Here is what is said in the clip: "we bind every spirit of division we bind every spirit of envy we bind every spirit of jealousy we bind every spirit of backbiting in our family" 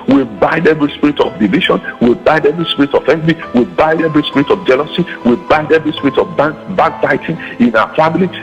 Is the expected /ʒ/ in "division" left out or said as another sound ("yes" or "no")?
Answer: yes